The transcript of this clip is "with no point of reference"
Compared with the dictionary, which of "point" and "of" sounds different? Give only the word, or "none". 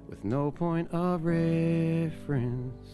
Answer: none